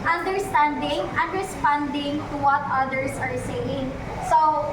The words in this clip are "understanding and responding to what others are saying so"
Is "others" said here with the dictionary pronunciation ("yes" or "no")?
no